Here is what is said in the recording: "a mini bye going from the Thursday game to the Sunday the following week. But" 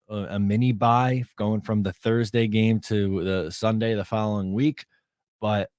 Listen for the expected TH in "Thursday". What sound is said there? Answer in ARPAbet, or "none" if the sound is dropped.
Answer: TH